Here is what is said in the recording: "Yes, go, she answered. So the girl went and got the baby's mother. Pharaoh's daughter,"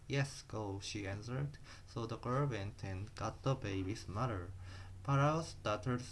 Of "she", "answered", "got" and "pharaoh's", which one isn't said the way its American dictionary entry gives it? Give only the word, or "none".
pharaoh's